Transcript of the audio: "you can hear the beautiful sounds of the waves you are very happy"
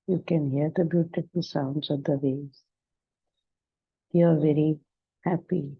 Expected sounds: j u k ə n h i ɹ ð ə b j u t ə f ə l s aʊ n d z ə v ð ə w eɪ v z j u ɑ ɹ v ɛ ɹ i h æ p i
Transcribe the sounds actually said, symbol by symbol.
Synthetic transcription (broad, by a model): j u k ə n h i ɹ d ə b j u t ə f ə l s aʊ n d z ə v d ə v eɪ z j u ɑ ɹ v ɛ ɹ i h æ p i